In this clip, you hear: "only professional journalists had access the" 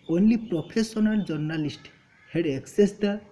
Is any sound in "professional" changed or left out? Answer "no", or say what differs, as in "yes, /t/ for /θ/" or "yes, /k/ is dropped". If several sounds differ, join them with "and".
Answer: yes, /p/ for /f/ and /s/ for /ʃ/